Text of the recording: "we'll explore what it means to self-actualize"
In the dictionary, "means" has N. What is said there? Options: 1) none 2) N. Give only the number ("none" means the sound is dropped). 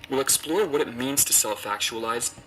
2